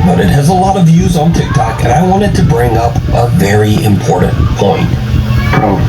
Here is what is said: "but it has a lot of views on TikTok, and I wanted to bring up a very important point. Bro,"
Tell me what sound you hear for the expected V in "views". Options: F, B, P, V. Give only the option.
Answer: V